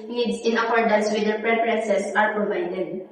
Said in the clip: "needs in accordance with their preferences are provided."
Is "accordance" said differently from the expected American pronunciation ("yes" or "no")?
yes